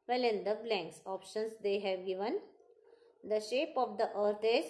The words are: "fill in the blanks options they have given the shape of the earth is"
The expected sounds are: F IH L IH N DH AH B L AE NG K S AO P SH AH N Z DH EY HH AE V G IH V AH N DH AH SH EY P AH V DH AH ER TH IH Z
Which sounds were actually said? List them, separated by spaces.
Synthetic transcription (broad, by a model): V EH L IH N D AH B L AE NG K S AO P SH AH N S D EY HH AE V G IH V AH N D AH SH EY P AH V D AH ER T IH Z